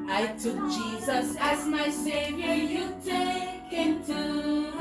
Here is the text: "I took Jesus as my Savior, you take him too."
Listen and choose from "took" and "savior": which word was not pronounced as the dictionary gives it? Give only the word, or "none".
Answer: none